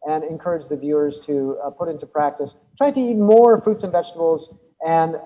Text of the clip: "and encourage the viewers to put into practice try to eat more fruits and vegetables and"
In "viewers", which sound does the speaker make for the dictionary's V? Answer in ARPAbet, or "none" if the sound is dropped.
V